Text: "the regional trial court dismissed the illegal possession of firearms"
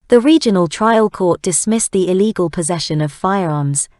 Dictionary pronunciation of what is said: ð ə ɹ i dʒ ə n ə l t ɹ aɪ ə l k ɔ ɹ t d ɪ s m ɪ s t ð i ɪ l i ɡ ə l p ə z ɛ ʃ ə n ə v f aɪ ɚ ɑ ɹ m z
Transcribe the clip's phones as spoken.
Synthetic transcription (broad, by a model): ð ə ɹ i dʒ ə n ə l t ɹ aɪ ə l k ɔ t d ɪ s m ɪ s ð i ɪ l i ɡ ə l p ə z ɛ ʃ ə n ə v f aɪ ɚ ɑ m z